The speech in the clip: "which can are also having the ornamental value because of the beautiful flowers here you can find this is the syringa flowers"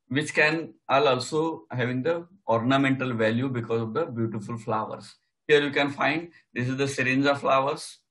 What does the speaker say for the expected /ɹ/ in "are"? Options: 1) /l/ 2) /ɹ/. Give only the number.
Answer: 1